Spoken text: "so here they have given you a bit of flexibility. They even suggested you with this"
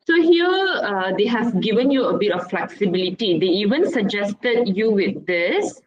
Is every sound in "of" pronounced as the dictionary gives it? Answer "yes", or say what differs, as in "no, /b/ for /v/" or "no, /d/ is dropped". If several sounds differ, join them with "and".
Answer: no, /f/ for /v/